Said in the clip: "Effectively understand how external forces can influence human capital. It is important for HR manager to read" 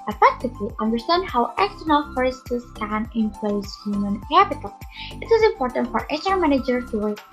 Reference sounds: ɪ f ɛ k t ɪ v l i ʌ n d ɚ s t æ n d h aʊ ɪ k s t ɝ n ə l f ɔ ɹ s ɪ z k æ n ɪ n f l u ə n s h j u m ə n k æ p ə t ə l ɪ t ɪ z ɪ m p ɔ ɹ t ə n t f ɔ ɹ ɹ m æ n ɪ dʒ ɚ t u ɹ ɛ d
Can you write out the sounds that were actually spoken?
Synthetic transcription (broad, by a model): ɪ f ɛ k t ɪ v l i ʌ n d ɚ s t æ n d h aʊ ɪ k s t ɝ n ə l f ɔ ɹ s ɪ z k æ n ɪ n p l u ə s h j u m ə n k æ p ə t ə l ɪ t ɪ z ɪ m p ɔ ɹ t ə n t f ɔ ɹ ɹ m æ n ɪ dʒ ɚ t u